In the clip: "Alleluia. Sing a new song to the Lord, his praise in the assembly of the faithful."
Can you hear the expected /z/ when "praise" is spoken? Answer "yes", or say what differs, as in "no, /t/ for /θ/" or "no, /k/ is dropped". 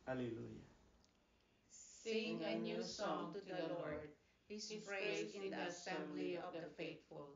no, /z/ is dropped